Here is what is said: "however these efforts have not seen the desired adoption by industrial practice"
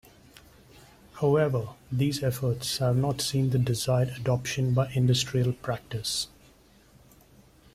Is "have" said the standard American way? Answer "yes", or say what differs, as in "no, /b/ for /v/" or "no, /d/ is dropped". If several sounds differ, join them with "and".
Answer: yes